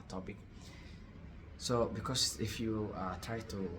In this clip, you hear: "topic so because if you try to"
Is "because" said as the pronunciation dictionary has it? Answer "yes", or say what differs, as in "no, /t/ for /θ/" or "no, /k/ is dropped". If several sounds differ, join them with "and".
no, /s/ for /z/